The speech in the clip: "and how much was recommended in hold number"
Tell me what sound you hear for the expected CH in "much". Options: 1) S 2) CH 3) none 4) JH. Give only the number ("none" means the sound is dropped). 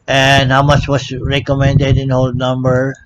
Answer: 2